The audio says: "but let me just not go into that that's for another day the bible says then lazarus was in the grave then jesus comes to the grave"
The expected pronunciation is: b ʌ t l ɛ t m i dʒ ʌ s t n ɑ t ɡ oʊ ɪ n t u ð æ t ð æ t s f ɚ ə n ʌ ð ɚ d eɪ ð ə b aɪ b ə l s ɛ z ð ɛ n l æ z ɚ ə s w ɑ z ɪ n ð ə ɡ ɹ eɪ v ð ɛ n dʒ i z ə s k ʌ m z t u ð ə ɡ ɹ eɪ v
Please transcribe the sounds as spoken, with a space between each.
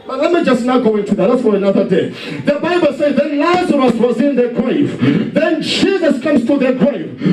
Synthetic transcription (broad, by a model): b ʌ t l ɛ t m i dʒ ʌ s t n ɑ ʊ ɡ oʊ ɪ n t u ð æ t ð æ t s f ɚ ə n ʌ ð ɚ d eɪ ð ə b aɪ b ə l s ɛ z ð ɛ n l æ z ɚ ə s w ɑ z ɪ n ð ə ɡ ɹ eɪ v ð ɛ n dʒ i z ə s k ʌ m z t u ð ə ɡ ɹ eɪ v